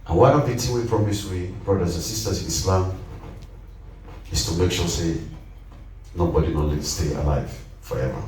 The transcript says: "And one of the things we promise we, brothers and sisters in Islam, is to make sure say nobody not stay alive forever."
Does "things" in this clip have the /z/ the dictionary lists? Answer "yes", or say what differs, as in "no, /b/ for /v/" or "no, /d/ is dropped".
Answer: no, /z/ is dropped